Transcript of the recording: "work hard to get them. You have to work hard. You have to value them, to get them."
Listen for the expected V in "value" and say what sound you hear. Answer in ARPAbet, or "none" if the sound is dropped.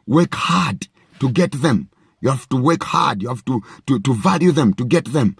V